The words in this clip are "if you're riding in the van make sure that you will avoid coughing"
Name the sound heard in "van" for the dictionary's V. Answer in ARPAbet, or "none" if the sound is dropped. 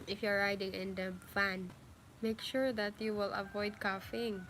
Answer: F